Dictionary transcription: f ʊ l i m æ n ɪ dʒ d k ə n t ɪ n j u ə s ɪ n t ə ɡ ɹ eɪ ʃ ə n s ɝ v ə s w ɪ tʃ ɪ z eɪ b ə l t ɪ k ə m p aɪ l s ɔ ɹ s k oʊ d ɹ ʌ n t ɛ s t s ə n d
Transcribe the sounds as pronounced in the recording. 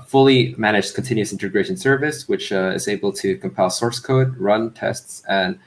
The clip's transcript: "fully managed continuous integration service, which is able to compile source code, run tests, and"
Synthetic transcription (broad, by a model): f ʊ l i m æ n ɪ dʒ k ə n t ɪ n j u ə s ɪ n t ə ɡ ɹ eɪ ʃ ə n s ɝ v ə s w ɪ tʃ ɪ z eɪ b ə l t ɪ k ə m p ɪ l s ɔ ɹ s k oʊ d ɹ ʌ n t ɛ s t s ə n